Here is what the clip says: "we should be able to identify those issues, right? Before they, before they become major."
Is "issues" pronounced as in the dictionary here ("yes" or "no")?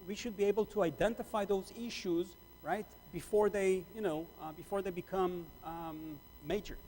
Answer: yes